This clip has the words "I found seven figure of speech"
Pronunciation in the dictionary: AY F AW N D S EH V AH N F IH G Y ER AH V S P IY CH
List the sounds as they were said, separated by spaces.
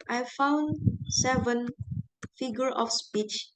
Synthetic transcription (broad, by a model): AY F AW N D S EH V AH N F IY G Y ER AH F S P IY CH